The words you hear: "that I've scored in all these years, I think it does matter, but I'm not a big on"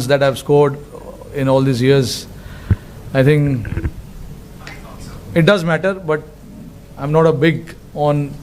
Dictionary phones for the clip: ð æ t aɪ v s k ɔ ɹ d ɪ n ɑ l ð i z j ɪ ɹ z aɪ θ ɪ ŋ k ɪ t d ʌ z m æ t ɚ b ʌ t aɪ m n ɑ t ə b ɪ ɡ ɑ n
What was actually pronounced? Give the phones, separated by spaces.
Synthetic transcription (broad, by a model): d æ t aɪ v s k ɔ ɹ d ɪ n ɑ l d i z j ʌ ɹ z aɪ t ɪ ŋ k ɪ t d ʌ z m æ t ɚ b ʌ t aɪ m n ɑ t ə b ɪ ɡ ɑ n